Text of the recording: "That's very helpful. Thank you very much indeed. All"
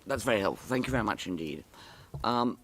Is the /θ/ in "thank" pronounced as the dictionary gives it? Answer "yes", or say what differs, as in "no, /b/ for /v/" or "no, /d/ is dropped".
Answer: yes